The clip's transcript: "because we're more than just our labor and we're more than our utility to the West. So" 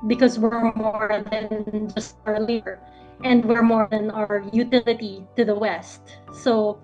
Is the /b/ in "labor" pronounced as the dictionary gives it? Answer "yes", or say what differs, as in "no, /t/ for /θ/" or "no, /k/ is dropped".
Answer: no, /b/ is dropped